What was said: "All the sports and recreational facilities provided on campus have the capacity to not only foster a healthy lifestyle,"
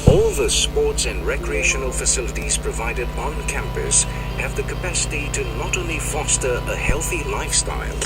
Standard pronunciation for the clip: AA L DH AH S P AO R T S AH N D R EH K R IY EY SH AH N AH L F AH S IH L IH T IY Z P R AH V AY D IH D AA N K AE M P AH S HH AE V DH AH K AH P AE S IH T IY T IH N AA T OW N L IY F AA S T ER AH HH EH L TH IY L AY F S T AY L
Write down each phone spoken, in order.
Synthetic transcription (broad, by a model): AA L DH AH S P AO R T S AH N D R EH K R IY EY SH AH N AH L F AH S IH L IH T IY Z P R AH V AY D IH D N K AE M P AH S HH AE V DH AH K AH P AE S IH T IY T IH N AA T OW N L IY F AA S T ER AH HH EH L TH IY L AY F S T AY L